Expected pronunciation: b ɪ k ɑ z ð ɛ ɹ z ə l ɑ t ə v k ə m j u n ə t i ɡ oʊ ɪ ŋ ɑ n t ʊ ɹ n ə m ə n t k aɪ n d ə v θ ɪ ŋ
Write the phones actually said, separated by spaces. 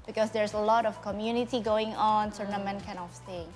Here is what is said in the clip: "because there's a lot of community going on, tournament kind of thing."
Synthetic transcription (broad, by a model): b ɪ k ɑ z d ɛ ɹ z ə l ɑ t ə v k ə m j u n ə t i ɡ oʊ ɪ ŋ ɑ n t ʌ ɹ n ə m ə n k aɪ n ə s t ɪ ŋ